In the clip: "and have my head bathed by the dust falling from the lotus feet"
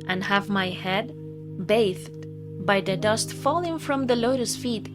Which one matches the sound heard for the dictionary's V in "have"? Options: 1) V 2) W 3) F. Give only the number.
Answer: 1